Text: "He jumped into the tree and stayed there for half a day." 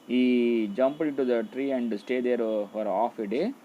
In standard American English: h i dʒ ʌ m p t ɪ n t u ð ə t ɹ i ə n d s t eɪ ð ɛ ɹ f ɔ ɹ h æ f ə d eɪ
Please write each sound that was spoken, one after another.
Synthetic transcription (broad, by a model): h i dʒ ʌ m p ɪ n t u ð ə t ɹ i ə n d s t eɪ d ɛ ɹ f ɔ ɹ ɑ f ə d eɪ